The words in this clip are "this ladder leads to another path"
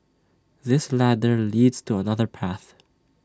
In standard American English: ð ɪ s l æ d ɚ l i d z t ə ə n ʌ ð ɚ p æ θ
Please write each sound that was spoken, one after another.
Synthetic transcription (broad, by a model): ð ɪ s l æ d ɚ l i d z t ə ə n ʌ ð ɚ p æ θ